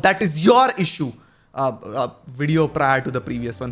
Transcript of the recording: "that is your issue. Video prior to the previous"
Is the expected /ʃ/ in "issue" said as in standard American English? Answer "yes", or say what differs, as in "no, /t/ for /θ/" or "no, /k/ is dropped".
yes